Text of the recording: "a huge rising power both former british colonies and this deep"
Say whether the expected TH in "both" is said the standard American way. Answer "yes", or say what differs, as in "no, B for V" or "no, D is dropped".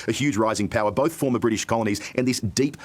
yes